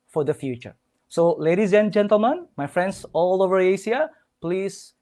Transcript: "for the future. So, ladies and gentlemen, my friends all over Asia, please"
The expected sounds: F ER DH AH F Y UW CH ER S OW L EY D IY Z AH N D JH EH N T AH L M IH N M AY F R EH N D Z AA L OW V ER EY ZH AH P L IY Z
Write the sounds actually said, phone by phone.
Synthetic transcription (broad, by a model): F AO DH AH F Y UW CH ER S OW L EY D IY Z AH N JH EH N T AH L M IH N M AY F R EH N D S AA L OW V ER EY S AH P L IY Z